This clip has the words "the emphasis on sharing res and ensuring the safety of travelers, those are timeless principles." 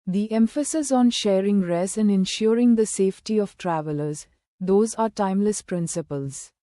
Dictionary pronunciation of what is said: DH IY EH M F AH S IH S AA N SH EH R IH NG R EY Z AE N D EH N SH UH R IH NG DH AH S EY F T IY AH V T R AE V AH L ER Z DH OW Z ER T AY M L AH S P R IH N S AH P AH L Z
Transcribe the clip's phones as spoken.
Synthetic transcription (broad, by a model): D IY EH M F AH S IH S AA N SH EH R IH NG R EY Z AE N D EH N SH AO R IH NG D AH S EY F T IY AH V T R AE V AH L ER Z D OW Z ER T AY M L AH S P R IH N S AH P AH L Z